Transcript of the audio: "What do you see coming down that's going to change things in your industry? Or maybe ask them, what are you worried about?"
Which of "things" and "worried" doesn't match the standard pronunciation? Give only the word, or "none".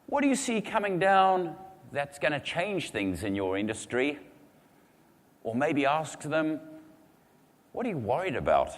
none